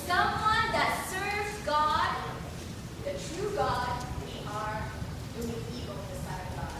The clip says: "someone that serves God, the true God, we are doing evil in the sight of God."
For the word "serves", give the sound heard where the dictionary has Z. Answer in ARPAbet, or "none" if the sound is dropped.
none